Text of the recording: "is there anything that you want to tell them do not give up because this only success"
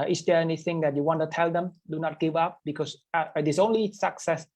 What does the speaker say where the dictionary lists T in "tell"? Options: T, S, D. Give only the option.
T